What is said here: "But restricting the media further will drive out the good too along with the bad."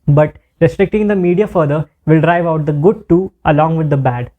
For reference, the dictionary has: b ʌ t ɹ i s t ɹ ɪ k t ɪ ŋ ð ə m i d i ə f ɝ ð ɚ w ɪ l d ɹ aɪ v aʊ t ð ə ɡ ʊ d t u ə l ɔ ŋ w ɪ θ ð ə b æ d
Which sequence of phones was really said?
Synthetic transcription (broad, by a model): b ʌ t ɹ i s t ɹ ɪ k t ɪ ŋ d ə m i d i ə f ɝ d ɚ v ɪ l d ɹ aɪ v aʊ t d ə ɡ ʊ d t u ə l ɔ ŋ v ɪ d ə b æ d